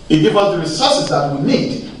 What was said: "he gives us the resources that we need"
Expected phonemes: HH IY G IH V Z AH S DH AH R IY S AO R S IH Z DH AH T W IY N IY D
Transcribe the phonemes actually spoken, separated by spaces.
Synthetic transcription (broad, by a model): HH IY G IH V AH S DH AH R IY S AO S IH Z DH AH T W IY N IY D